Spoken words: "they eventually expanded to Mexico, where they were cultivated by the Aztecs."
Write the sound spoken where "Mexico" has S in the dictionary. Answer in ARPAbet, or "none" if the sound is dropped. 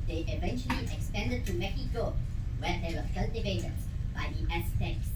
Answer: none